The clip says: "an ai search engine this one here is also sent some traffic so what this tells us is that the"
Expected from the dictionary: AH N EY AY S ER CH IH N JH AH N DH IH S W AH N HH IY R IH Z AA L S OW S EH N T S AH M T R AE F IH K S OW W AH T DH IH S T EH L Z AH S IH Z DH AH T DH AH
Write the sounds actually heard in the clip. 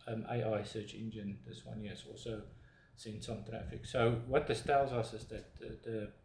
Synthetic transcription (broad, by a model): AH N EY AY S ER CH IH N JH AH N DH IH S W AH N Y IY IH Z AA L S OW S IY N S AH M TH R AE F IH K S OW W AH T DH IH S T EH L Z AH S IH Z DH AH T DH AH